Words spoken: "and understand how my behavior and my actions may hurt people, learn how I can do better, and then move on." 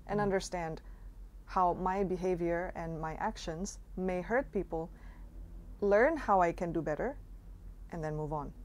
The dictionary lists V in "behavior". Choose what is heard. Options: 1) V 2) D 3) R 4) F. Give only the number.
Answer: 1